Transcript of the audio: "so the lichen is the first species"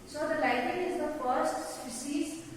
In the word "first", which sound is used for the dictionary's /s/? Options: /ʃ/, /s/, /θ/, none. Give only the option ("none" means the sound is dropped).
/s/